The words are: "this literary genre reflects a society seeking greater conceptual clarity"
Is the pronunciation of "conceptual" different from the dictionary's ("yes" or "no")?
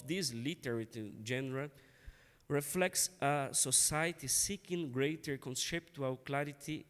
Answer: yes